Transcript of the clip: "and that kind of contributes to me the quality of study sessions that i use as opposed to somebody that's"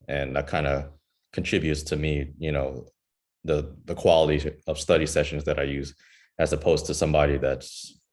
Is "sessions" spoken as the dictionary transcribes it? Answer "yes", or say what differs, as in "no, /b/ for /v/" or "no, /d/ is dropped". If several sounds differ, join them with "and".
yes